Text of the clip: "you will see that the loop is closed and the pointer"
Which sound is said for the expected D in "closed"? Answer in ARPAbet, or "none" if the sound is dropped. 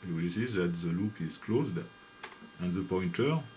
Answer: D